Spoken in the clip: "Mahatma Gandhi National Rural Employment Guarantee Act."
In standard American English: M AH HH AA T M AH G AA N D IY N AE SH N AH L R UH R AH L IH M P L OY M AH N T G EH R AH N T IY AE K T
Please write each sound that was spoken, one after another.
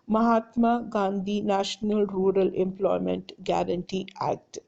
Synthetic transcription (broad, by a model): M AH HH AA T M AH G AA N D IY N AE SH N AH L R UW R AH L IH M P L OY M AH N T G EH R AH N T IY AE K T